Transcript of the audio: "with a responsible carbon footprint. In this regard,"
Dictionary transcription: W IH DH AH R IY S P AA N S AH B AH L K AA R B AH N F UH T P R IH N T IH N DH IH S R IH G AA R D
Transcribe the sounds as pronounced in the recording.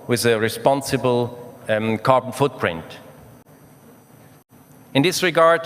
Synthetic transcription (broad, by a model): W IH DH AH R IY S P AA N S AH B AH L K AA R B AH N F UH T P R IH N T IH N DH IH S R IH G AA R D